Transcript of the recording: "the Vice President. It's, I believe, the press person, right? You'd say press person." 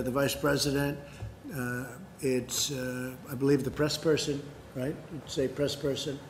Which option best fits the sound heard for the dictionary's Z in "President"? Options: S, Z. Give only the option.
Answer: Z